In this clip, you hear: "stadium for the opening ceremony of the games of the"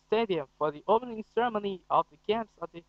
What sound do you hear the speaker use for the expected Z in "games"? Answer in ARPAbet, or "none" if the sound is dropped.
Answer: S